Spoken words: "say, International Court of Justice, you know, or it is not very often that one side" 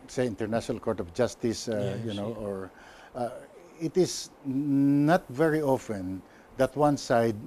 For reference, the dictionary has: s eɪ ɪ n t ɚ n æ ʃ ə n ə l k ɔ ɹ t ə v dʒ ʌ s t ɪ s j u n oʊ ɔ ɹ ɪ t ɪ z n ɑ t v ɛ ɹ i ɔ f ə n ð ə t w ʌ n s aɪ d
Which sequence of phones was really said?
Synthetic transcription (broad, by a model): s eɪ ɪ n t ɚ n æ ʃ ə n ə l k ɔ ɹ t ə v dʒ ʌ s t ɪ s j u n oʊ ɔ ɹ ɪ t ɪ s n ɑ t v ɛ ɹ i ɔ f ə n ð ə t w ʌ n s aɪ d